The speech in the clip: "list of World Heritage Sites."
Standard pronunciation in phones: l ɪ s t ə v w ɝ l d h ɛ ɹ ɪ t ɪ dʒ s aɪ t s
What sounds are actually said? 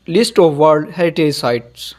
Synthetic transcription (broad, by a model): l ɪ s t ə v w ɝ d h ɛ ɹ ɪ t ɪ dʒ s aɪ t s